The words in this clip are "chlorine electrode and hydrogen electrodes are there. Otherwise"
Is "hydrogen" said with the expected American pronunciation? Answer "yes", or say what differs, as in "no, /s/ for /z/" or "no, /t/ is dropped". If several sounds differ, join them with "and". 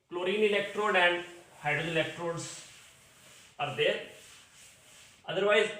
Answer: no, /ɹ/ is dropped